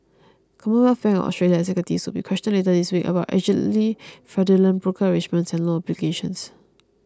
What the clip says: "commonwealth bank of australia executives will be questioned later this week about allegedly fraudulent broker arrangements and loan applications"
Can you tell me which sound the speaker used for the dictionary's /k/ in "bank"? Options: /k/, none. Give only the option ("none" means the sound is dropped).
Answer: none